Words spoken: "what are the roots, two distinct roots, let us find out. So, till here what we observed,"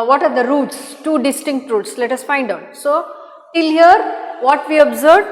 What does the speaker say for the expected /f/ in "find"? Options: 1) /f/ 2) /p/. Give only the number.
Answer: 1